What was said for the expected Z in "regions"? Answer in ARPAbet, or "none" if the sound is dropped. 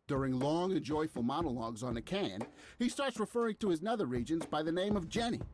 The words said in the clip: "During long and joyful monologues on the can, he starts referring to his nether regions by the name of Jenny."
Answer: Z